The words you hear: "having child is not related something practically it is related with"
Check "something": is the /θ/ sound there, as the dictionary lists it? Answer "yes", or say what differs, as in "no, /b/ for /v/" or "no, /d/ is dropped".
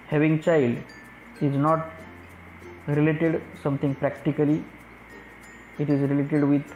no, /t/ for /θ/